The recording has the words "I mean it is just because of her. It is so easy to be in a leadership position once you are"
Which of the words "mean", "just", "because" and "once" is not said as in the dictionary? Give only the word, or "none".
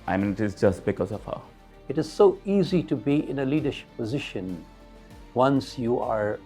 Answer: none